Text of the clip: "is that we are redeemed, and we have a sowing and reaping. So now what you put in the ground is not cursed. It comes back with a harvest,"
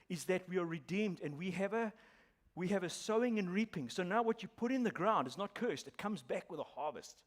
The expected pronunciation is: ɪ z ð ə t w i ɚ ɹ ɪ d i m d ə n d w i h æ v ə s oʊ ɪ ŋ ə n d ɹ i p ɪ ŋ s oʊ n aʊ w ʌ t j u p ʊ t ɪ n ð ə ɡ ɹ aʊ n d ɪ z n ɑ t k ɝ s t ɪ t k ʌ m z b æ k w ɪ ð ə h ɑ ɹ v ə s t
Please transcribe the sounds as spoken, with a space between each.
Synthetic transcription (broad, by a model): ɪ z ð ə t w i ɚ ɹ ɪ d i m d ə n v w i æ v ə s oʊ ɪ ŋ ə n ɹ i p ɪ ŋ s oʊ n aʊ w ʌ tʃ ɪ p ʊ t ɪ n ð ə ɡ ɹ aʊ n d ɪ z n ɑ t k ɝ s t ɪ t k ʌ m z b æ k w ɪ ð ə h ɑ ɹ v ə s t